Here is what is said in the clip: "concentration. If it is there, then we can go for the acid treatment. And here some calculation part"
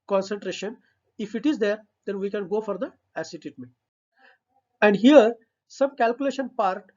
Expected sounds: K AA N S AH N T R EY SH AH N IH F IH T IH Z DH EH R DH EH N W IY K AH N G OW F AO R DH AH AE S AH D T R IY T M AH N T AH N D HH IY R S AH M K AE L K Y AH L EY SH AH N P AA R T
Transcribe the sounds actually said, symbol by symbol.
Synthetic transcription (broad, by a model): K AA N S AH N T R EY SH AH N IH F IH T IH Z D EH R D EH N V IY K AH N G OW F AO R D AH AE S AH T IY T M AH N AH N D HH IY R S AH M K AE L K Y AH L EY SH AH N P AA R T